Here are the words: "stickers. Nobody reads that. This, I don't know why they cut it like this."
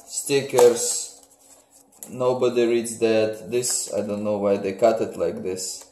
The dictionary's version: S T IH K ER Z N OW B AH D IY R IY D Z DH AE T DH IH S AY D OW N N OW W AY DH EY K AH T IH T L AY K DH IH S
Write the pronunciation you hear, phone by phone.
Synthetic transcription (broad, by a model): S T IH K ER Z N OW B AH D IY R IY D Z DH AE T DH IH S AY D OW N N OW W AY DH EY K AH T IH T L AY K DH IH S